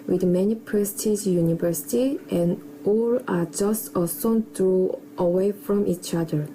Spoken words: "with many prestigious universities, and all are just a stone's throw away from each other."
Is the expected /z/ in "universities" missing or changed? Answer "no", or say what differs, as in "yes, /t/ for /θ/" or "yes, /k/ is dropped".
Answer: yes, /z/ is dropped